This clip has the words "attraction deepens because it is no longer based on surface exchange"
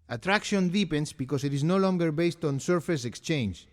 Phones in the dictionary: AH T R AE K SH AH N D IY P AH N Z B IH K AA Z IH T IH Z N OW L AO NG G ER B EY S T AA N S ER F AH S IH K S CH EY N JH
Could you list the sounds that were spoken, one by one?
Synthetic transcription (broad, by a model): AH T R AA K SH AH N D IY P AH N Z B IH K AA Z IH T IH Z N OW L AO NG G ER B EY S T AA N S ER F AH S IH K S CH EY N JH